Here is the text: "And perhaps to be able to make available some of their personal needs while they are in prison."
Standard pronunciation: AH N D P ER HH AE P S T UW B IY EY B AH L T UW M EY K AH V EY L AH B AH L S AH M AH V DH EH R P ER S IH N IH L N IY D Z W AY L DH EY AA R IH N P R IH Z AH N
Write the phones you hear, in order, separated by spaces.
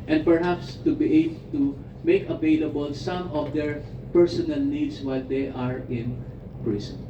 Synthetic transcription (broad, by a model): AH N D P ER HH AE P S T UW B IY EY B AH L T UW M EY K AH V EY L AH B AH L S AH M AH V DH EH R P ER S IH N IH L N IY D S W AY L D EY AA R IH N P R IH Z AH N